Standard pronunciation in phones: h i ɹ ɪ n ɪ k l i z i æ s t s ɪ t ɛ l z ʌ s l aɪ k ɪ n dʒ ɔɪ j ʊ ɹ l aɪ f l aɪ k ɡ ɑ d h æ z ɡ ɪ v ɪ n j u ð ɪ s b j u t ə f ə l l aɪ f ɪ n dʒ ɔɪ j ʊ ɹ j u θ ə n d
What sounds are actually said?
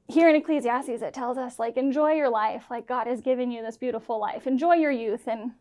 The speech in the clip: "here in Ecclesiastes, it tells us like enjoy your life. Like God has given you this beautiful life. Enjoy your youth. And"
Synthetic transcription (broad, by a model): h i ɹ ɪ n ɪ k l i z i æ s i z ɪ t ɛ l z ʌ s l aɪ k ɪ n dʒ ɔɪ j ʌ ɹ l aɪ f l aɪ k ɡ ɑ d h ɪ z ɡ ɪ v ɪ n j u ð ɪ s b j u t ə f l l aɪ f ɪ n dʒ ɔɪ j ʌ ɹ j u θ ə n